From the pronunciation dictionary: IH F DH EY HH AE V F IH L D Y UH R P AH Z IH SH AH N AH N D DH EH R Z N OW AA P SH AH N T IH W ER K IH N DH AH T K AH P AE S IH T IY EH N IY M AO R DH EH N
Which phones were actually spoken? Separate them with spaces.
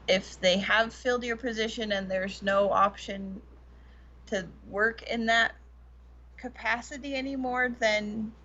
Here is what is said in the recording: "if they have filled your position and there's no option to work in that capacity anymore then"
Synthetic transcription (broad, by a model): IH F DH EY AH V F IH L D Y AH R P AH Z IH SH AH N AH N DH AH R Z N OW AA P SH AH N T IH W ER K IH N DH AH T K AH P AE S IH T IY EH N IY M AO R DH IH N